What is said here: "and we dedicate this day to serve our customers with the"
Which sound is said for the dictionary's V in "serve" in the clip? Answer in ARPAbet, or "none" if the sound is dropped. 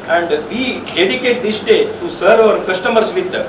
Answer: none